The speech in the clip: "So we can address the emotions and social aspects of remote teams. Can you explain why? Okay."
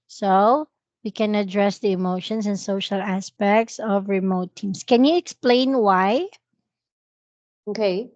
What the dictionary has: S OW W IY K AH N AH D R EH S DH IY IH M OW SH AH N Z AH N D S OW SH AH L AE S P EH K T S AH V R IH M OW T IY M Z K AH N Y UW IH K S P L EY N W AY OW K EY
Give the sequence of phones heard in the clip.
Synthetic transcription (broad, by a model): S OW W IY K AH N AH D R EH S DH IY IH M OW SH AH N S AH N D S OW SH AH L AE S P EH K T S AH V R IH M OW T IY M S K AH N Y UW IH K S P L EY N W AY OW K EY